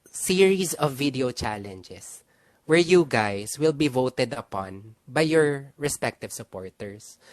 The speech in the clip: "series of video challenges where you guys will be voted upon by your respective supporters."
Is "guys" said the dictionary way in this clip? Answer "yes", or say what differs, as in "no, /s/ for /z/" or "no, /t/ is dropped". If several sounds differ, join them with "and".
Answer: no, /s/ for /z/